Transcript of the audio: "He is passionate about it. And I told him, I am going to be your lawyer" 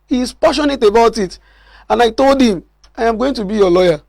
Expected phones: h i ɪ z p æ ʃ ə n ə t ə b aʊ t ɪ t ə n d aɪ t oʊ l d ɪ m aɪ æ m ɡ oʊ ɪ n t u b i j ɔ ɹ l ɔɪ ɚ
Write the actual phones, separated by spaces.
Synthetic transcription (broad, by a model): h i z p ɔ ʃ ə n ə t ə b aʊ t ɪ t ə n aɪ t oʊ l d ɪ m aɪ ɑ m ɡ oʊ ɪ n t u b i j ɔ l ɔɪ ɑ